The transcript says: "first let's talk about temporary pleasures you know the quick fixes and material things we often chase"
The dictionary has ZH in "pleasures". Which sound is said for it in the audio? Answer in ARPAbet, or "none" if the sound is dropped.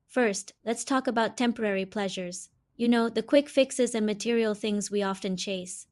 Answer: ZH